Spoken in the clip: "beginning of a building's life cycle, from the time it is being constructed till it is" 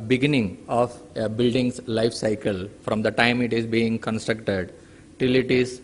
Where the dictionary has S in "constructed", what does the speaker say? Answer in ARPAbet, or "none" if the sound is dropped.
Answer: S